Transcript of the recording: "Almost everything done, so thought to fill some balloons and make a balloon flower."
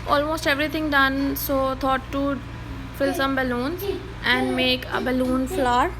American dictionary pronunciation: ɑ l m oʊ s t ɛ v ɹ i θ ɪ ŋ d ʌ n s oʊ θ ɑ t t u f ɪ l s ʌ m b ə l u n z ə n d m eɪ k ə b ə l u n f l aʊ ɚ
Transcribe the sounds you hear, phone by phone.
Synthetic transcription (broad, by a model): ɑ l m oʊ s t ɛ v ɹ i t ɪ ŋ d ʌ n s oʊ t ɑ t t u f ɪ l s ʌ m b ə l u n z ə n d m eɪ k ə b ə l u n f l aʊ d